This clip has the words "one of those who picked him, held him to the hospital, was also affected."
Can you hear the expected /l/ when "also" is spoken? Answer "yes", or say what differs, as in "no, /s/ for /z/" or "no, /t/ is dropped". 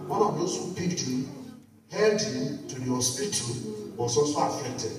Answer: no, /l/ is dropped